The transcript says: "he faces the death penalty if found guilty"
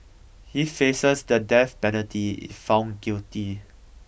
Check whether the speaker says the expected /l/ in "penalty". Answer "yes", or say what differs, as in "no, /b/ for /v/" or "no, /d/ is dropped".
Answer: no, /l/ is dropped